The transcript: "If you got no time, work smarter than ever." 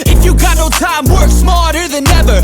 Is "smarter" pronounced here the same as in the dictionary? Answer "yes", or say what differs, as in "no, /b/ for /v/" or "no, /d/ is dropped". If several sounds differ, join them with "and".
no, /l/ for /ɹ/